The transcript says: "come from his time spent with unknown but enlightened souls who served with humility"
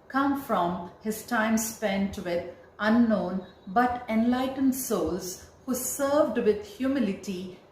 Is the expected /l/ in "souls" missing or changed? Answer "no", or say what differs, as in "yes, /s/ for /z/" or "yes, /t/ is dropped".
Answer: no